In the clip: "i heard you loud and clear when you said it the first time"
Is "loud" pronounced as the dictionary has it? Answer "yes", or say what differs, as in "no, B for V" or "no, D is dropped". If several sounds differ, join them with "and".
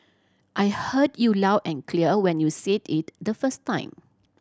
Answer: no, D is dropped